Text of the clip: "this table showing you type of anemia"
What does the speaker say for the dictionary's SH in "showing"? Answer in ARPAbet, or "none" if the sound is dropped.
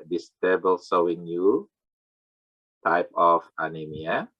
S